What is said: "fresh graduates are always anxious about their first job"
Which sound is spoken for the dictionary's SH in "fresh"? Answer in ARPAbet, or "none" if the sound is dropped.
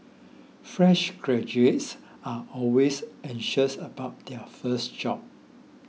SH